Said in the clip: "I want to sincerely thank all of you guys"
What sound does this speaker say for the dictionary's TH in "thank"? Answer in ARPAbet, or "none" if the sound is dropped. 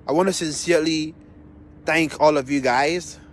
TH